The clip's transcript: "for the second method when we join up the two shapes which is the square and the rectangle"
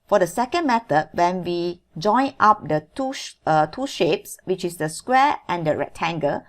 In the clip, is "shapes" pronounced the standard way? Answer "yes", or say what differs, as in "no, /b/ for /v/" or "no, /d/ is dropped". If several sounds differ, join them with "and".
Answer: yes